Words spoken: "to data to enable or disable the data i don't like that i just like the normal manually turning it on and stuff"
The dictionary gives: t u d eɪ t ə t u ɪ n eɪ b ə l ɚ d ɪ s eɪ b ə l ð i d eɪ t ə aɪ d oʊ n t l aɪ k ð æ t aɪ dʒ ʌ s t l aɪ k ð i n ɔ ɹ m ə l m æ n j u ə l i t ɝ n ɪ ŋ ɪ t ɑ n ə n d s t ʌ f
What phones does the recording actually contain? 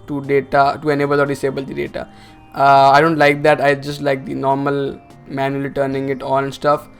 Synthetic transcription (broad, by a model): t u d eɪ t ə t u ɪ n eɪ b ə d ɚ d ɪ s eɪ b ə l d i d eɪ t ə aɪ d oʊ n t l aɪ k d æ t aɪ dʒ ʌ s t l aɪ k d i n ɔ ɹ m ə l m æ n j u ə l i t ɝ n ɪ ŋ ɪ t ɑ l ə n s t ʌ f